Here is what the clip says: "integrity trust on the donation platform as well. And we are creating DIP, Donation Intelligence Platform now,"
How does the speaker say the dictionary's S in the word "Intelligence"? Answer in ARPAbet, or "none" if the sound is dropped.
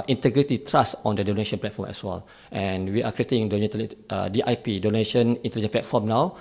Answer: none